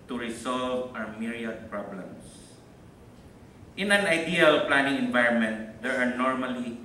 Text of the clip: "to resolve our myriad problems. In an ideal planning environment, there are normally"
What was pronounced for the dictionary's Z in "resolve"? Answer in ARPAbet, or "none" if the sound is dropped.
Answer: S